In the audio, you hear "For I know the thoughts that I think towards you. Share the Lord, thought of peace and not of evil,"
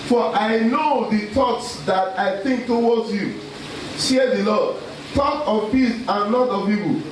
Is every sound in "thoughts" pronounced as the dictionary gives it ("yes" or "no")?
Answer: no